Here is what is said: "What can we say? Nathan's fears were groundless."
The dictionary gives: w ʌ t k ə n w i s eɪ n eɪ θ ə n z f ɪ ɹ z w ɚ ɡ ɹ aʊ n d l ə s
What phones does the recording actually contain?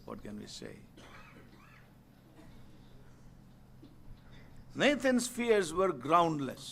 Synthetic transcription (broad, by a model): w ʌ t k ə n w i s eɪ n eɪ t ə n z f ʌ ɹ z w ɚ ɡ ɹ aʊ n d l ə s